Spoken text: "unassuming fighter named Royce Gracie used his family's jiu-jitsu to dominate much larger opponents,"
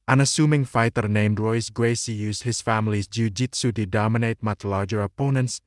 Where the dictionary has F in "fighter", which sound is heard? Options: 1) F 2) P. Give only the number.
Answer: 1